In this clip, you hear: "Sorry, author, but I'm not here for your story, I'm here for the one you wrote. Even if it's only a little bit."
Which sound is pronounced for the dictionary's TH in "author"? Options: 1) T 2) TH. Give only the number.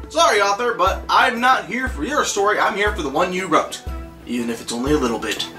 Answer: 2